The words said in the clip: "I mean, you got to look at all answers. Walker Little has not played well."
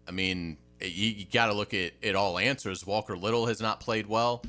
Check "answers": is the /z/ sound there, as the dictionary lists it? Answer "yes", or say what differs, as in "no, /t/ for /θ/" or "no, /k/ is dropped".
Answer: yes